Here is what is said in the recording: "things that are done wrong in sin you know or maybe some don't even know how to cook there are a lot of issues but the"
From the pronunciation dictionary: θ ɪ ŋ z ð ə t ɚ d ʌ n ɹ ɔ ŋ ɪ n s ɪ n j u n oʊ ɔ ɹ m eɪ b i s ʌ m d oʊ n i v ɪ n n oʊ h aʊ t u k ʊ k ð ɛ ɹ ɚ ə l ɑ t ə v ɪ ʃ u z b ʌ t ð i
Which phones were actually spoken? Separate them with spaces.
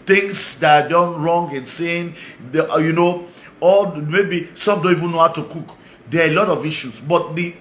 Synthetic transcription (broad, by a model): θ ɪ ŋ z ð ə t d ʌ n ɹ ɔ ŋ ɪ n s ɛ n j u n oʊ ɔ l m eɪ b i s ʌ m d oʊ n i v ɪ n n oʊ h aʊ t u k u k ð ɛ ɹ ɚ ə l ɑ t ə v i ʃ u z b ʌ t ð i